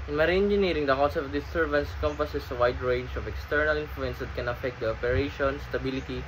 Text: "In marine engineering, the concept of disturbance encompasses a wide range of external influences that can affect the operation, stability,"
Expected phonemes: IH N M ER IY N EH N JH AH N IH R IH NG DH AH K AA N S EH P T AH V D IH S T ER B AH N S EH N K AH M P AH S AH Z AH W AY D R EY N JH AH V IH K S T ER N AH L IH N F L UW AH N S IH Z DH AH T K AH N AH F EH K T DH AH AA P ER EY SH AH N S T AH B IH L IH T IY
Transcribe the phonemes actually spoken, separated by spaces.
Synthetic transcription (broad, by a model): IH N M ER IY EH N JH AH N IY R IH NG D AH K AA S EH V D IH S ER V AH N S K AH M P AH S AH S AH W AY D R EY N JH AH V IH K S T ER N AH L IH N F L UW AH N S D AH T K AH N AH F EH K T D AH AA P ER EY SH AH N S T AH B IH L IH T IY